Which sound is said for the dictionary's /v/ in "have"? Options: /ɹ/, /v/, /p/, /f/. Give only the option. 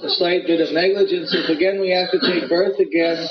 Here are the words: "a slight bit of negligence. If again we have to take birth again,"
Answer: /f/